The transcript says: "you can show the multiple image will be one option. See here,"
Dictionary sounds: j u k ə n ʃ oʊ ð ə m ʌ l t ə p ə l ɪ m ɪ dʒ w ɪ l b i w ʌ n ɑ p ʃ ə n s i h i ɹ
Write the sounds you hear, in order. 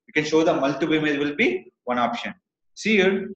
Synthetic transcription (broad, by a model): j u k ə n ʃ oʊ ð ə m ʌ l t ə b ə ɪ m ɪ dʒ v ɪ l b i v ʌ n ɑ p ʃ ə n s i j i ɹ